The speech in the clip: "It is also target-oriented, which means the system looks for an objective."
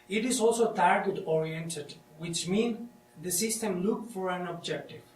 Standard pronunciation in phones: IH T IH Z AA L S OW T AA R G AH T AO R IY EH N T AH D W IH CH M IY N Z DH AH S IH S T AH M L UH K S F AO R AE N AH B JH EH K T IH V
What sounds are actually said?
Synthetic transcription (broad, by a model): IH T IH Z AA L S OW T AA R G AH T AO R IY EH N T AH D W IH CH M IY N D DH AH S IH S T AH M L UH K F AO R AE N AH B JH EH K T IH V